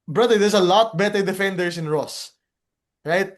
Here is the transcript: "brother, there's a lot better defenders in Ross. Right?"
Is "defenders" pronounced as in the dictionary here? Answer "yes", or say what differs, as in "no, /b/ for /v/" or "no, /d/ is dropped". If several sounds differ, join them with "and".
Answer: no, /s/ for /z/